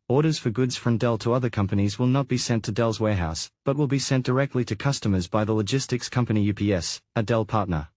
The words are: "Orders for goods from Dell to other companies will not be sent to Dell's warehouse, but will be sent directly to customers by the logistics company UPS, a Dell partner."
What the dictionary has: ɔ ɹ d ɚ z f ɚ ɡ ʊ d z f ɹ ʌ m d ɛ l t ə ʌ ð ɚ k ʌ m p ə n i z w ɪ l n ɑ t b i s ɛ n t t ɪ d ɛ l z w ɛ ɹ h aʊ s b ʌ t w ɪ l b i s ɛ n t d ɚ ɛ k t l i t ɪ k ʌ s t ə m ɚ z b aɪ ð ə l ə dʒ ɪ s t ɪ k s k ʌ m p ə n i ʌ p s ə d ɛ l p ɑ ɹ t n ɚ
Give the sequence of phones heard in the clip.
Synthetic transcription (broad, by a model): ɔ ɹ d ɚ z f ɚ ɡ ʊ d z f ɹ ʌ m d ɛ l t ə ʌ ð ɚ k ʌ m p ə n i z w ɪ l n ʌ t b i s ɛ n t t ɪ d ɛ l z w ɛ ɹ h aʊ s b ʌ t w ɪ l b i s ɛ n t d ɚ ɛ k t l i t ɪ k ʌ s t ə m ɚ z b aɪ ð ə l ə dʒ ɪ s t ɪ k s k ʌ m p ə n i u p s ə d ɛ l p ɑ ɹ t n ɚ